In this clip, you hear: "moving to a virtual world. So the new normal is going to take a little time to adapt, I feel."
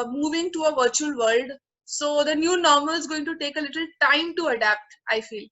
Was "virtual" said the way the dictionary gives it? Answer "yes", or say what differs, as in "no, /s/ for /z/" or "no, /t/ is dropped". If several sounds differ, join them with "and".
yes